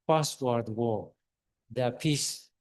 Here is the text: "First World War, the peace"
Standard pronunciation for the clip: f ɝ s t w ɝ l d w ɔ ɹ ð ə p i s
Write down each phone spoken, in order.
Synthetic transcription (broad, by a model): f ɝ s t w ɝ d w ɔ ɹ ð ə p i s